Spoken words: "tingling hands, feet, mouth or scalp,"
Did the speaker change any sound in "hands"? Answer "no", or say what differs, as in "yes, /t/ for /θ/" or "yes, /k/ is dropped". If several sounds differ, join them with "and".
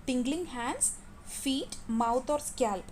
yes, /s/ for /z/